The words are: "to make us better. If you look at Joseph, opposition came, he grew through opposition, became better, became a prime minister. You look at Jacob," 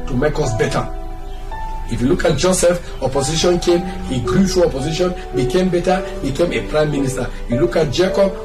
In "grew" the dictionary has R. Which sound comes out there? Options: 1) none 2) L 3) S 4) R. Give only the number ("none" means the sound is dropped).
4